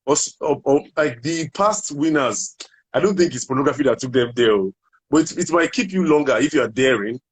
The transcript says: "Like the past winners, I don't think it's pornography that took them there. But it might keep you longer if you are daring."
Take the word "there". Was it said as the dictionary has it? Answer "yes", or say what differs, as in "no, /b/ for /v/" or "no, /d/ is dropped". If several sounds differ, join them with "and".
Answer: no, /l/ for /ɹ/